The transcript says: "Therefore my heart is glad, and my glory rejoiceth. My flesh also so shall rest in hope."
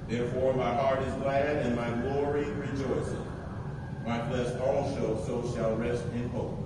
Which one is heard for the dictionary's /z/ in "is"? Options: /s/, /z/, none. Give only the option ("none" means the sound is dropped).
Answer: /z/